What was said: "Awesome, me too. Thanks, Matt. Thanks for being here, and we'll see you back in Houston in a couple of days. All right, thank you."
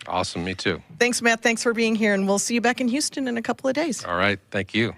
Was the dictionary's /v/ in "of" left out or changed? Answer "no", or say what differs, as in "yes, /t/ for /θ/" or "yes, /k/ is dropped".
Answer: no